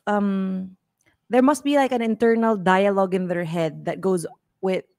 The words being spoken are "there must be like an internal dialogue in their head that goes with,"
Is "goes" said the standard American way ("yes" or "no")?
yes